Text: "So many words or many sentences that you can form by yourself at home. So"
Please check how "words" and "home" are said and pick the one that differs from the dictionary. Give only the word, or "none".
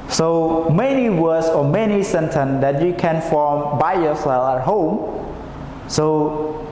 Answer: words